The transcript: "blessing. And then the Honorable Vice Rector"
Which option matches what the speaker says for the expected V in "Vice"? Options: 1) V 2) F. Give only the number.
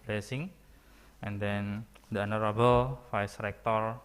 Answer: 2